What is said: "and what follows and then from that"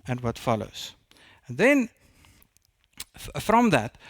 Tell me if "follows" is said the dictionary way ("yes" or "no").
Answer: no